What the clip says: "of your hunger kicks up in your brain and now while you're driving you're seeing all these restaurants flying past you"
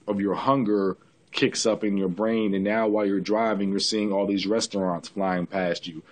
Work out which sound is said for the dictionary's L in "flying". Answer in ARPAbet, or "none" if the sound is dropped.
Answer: L